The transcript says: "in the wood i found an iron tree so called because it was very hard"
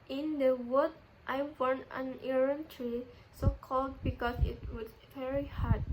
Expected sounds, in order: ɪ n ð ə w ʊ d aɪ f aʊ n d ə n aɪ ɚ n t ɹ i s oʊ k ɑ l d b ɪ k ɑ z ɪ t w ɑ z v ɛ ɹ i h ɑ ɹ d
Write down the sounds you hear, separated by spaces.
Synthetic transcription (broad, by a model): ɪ n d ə w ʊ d aɪ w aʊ n ə n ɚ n t ɹ i s oʊ k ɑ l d b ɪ k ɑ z ɪ t w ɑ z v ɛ ɹ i h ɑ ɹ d